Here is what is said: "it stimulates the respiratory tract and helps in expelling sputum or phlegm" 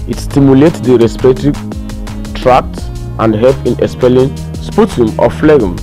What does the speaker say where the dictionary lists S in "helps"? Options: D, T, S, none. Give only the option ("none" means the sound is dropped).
none